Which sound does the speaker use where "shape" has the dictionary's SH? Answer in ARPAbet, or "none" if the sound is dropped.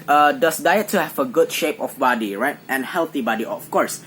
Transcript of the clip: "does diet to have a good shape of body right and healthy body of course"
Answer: SH